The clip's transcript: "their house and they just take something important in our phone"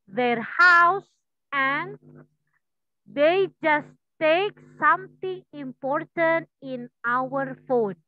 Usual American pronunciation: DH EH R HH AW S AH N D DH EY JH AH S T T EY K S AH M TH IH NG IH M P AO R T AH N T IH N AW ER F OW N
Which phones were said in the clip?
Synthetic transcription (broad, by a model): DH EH R HH AW S AH N D EY JH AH S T T EY K S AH M T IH NG IH M P AO R T AH N T IH N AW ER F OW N